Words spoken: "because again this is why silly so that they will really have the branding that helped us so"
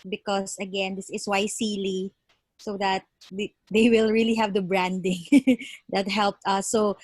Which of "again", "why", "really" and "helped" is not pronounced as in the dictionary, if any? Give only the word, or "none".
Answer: none